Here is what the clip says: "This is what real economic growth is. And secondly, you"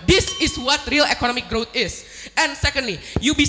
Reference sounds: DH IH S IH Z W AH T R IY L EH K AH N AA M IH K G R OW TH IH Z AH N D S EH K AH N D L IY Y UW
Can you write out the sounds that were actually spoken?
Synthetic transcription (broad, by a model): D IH S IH S W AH T R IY L EH K AH N AA M IH K G R OW T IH S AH N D S EH K AH N D L IY Y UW